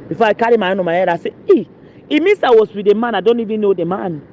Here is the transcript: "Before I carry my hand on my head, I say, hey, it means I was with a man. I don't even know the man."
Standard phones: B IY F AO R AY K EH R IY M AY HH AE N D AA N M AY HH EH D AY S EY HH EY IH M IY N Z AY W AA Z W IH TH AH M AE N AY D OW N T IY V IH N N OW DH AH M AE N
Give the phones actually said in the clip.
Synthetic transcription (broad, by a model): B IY F AO AY K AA R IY M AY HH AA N AA M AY HH EH D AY S EY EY IH M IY N S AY W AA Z W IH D AH M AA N AY D OW N T IY V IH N N OW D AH M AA N